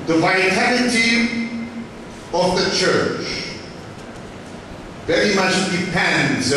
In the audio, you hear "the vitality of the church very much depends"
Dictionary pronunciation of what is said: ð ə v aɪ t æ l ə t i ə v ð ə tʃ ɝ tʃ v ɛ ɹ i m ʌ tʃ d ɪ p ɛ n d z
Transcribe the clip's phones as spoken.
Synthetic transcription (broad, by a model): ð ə v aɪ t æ n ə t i ə v ð ə tʃ ɝ tʃ v ɛ ɹ i m ʌ tʃ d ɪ p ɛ n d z